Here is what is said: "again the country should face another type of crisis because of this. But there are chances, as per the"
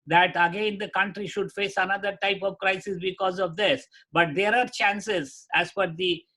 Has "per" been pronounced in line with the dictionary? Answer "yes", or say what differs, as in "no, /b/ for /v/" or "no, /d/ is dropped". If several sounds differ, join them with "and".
no, /f/ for /p/